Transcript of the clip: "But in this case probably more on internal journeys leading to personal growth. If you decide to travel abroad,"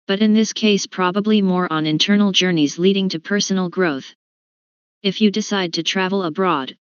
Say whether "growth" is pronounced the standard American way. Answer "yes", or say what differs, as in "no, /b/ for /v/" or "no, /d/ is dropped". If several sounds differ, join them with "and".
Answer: yes